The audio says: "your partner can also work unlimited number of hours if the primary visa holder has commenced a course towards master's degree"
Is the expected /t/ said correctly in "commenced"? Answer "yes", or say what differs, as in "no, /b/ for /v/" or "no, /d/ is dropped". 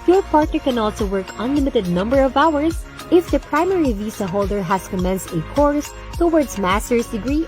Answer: yes